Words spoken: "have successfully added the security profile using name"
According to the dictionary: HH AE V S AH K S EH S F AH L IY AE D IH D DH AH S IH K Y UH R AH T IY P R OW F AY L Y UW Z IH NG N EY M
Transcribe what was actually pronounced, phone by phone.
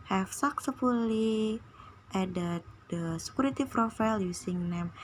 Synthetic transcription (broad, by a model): HH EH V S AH K S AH F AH L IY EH D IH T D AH S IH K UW R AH T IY F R OW F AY L Y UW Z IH NG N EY M